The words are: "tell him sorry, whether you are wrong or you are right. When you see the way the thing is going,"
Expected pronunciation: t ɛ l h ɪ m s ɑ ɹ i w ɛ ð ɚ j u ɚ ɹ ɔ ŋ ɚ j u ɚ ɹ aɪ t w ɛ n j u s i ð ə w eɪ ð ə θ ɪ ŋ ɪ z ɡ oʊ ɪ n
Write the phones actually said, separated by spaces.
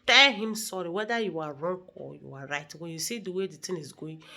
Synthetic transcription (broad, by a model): t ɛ l h ɪ m s ɑ ɹ i w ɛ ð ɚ j u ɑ ɹ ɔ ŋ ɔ j u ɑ ɹ aɪ t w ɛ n j u s i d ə w eɪ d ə t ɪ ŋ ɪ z ɡ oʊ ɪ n